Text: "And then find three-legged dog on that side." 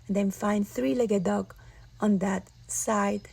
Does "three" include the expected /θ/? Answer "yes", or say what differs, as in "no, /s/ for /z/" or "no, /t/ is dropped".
yes